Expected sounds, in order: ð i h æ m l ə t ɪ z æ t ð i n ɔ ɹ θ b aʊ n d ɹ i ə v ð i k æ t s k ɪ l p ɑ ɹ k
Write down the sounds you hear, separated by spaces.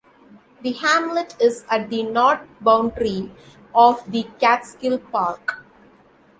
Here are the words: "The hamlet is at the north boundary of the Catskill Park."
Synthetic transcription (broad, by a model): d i h æ m l ə t ɪ z æ t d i n ɔ ɹ t b aʊ n d ɹ i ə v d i k æ t s k ɪ l p ɑ ɹ k